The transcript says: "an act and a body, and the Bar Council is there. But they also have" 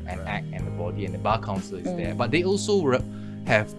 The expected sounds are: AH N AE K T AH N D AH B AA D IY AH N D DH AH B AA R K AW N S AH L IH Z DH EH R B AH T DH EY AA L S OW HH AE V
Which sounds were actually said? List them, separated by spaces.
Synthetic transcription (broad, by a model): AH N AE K AH N D AH B AA D IY AH N D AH B AA K AW N S AH L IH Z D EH B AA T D EY AA L S OW HH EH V